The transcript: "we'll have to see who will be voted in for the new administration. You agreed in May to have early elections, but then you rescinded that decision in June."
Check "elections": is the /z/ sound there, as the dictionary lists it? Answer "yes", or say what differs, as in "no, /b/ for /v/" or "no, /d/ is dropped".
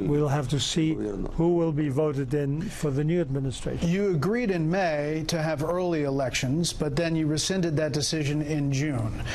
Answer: yes